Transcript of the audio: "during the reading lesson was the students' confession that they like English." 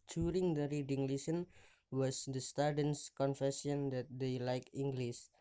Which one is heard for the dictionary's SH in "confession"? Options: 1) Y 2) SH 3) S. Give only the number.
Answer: 3